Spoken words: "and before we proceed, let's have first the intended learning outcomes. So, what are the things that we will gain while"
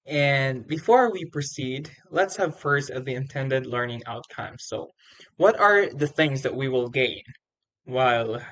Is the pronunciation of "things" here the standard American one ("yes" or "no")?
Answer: yes